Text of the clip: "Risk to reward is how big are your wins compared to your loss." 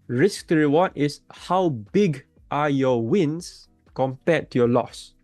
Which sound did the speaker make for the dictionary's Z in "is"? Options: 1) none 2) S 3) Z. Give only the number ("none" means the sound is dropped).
2